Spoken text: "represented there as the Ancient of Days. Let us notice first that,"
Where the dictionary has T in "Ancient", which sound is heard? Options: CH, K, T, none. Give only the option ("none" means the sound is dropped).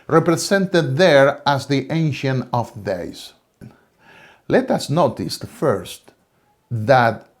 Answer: none